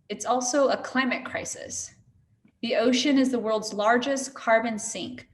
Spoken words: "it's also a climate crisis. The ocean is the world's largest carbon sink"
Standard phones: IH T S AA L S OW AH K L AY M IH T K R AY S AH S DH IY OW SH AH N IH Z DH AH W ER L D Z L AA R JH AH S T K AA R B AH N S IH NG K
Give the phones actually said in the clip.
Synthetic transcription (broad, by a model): IH T S AA L S OW AH K L AY M IH T K R AY S AH S DH IY OW SH AH N IH Z DH AH W ER L D Z L AA R JH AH S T K AA R B AH N S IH NG K